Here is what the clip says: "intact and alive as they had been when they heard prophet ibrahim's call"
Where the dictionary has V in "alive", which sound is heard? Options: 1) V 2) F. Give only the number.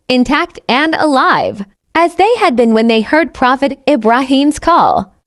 1